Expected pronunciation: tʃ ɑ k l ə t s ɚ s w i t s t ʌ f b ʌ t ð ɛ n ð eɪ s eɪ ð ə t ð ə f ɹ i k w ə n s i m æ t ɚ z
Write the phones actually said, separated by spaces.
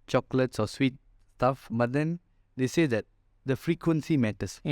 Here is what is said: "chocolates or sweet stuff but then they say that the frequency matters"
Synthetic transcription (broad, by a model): tʃ ɑ k l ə t s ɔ s w i t s t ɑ f b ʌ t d ɛ n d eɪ s eɪ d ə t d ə f ɹ i k w ə n s i m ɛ t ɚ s